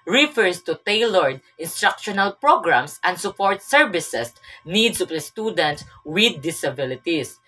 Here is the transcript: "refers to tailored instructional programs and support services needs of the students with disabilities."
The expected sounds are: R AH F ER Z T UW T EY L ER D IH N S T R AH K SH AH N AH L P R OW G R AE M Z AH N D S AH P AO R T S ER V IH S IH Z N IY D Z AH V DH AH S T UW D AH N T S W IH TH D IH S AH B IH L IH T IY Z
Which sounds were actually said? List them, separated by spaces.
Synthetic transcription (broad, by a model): R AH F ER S T UW T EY L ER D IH N S T R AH K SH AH N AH L P R OW G R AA M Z AH N D S AH P AO R T S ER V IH S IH S N IY D S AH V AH S T UW D AH N T S W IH D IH S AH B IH L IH T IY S